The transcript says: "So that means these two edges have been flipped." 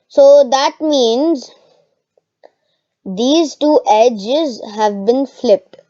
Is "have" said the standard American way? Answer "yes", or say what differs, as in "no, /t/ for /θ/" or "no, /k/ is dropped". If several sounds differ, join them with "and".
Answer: yes